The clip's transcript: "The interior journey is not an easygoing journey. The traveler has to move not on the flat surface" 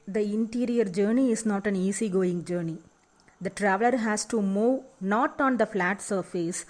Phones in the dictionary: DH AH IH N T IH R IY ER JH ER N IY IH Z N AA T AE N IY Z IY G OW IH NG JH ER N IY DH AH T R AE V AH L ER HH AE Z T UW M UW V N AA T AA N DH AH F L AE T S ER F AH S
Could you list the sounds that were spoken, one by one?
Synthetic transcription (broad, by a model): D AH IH N T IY R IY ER JH ER N IY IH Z N AA T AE N IY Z IY G OW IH NG JH ER N IY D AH T R AE V AH L ER HH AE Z T UW M UW V N AA T AA N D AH F L AE T S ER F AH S